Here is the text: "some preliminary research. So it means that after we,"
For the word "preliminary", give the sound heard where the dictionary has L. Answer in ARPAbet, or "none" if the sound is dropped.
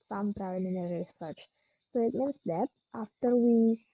none